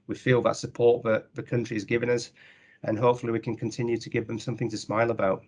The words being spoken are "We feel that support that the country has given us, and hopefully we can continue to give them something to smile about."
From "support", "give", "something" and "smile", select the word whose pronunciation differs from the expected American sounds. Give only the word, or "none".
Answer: none